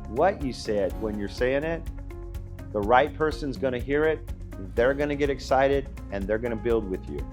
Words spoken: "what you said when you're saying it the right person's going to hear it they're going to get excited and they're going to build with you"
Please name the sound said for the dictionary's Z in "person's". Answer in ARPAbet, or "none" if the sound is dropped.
Z